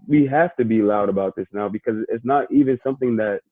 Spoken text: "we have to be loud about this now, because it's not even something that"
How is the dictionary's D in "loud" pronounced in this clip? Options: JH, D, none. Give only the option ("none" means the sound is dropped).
D